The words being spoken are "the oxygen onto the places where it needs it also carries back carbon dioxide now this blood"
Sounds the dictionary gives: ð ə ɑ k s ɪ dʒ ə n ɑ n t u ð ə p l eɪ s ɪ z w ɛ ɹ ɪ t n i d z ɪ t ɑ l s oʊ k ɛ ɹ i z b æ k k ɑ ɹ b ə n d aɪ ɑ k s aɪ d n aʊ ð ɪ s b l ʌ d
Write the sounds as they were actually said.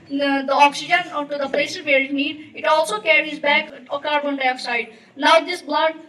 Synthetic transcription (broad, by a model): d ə ɑ k s ɪ dʒ ə n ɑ t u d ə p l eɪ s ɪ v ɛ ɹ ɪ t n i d ɪ t ɑ l s oʊ k ɛ ɹ i z b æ k k ɑ ɹ b ə n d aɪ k s aɪ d n aʊ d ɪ s b l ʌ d